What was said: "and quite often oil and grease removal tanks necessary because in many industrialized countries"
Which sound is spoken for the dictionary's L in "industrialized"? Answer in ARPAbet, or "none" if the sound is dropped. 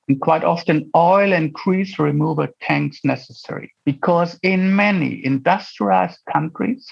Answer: none